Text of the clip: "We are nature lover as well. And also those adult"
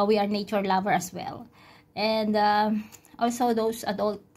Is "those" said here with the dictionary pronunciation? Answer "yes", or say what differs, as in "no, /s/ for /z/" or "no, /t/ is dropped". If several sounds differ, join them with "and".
no, /s/ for /z/